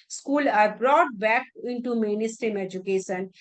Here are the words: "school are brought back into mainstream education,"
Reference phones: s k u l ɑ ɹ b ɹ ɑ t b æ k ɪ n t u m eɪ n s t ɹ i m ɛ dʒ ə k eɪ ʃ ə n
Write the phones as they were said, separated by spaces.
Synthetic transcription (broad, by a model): s k u l ɑ ɹ b ɹ ɑ t b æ k ɪ n t u m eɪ n s t i m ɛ dʒ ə k eɪ ʃ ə n